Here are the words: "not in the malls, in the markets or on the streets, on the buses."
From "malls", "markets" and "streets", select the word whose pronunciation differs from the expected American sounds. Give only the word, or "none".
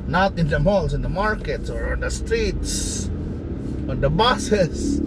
malls